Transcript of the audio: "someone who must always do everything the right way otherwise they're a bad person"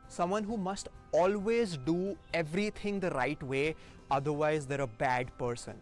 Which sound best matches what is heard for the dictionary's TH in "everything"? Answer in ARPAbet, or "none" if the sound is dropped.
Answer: T